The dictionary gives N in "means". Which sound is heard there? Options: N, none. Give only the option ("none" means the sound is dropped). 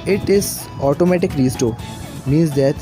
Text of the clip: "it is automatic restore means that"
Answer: none